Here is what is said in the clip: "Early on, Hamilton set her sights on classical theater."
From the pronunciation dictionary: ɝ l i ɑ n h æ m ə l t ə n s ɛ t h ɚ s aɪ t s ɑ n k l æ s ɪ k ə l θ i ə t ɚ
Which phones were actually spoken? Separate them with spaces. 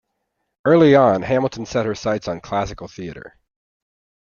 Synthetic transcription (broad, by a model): ɝ l i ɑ n h æ m l t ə n s ɛ t h ɚ s aɪ t s n k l æ s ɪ k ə l θ i ə t ɚ